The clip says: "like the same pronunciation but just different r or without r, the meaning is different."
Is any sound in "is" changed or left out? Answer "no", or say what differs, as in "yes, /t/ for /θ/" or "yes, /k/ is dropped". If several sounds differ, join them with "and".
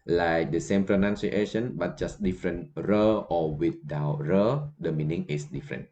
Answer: yes, /s/ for /z/